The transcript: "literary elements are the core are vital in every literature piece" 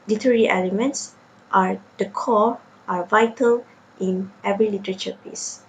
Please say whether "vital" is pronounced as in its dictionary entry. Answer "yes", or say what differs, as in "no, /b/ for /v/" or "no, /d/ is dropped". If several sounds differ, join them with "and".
yes